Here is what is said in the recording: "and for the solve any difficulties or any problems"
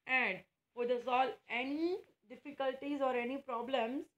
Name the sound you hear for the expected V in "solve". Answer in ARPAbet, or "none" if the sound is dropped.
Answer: none